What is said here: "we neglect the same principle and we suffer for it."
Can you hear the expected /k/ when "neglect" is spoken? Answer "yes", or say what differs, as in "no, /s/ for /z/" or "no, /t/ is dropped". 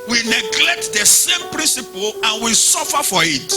yes